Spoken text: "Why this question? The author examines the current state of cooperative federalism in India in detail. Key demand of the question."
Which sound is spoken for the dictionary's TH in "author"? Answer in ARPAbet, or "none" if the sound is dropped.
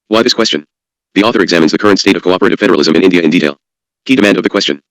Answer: TH